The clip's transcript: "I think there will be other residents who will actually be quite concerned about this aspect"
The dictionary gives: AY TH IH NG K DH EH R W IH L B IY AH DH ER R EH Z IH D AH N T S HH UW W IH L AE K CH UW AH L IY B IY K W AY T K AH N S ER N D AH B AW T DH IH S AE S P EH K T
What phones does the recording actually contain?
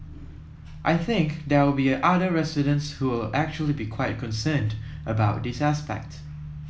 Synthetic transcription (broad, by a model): AY TH IH NG K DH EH W IH L B IY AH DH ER R EH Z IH D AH N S HH UW W IH L AE K CH UW AH L IY B IY K W AY T K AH N S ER N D AH B AW T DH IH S AE S P EH K T